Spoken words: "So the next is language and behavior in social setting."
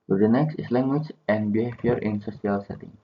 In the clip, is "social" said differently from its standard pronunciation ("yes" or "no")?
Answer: yes